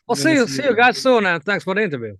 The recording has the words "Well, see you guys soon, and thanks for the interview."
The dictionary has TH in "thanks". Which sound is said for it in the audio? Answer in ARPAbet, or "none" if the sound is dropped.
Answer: TH